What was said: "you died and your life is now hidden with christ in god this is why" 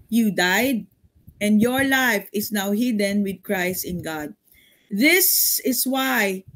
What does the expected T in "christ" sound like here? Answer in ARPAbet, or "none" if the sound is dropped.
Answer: T